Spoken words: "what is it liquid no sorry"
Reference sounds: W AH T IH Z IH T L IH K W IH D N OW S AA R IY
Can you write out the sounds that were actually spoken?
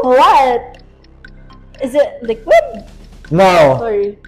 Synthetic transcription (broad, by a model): W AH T IH Z IH T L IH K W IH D N OW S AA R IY